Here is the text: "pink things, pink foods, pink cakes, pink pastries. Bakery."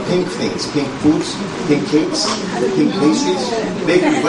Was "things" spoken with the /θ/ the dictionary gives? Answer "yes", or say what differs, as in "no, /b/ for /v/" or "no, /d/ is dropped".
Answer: no, /f/ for /θ/